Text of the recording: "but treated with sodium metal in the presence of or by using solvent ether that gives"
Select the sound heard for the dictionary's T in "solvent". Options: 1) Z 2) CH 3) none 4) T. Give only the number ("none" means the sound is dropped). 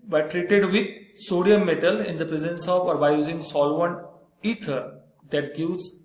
3